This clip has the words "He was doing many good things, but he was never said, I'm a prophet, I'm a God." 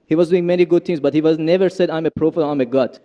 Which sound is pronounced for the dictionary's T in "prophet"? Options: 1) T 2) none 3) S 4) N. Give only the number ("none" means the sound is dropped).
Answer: 2